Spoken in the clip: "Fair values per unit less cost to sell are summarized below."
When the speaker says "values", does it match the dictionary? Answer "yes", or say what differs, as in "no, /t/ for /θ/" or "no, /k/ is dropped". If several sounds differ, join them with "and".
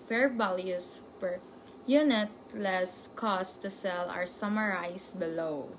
no, /s/ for /z/